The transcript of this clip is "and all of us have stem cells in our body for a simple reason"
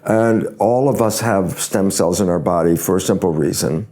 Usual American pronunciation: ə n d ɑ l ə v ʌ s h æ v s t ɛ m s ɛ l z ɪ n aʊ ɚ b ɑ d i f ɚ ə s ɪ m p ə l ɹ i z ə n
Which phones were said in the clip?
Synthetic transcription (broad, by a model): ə n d ɑ l ə v ʌ s h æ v s t ɛ m s ɛ l z ɪ n aʊ ɚ b ɑ d i f ɚ ə s ɪ m p l ɹ i z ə n